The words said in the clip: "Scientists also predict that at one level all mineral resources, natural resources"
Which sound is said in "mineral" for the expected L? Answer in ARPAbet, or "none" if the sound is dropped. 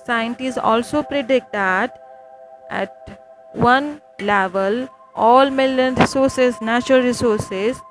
N